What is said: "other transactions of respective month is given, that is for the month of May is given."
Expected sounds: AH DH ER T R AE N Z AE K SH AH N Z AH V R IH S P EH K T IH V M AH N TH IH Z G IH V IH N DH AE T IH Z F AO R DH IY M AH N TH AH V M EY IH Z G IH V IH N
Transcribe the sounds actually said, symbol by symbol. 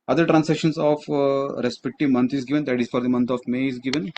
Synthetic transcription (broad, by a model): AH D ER T R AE N S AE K SH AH N S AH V R IH S P EH K T IH V M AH N T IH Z G IH V IH N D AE T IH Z F AO R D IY M AH N T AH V M EY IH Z G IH V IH N